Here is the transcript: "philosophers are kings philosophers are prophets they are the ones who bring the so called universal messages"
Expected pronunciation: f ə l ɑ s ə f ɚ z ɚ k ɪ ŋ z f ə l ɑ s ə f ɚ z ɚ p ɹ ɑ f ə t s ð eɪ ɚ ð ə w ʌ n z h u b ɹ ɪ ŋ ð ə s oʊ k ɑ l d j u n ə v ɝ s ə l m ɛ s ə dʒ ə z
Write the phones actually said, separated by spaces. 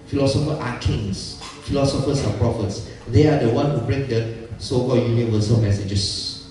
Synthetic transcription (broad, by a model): f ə l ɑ s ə f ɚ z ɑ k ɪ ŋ s f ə l ɑ s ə f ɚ s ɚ p ɹ ɑ f ə t s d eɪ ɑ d ə w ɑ n h u b ɹ ɪ ŋ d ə s oʊ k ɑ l j u n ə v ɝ s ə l m ɛ s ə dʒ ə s